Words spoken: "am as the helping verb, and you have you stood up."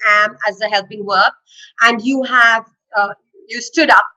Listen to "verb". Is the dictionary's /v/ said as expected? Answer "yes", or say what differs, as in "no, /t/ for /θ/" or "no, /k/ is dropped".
no, /w/ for /v/